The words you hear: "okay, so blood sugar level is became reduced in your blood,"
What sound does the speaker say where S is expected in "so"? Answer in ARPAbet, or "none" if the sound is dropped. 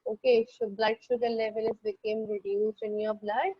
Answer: SH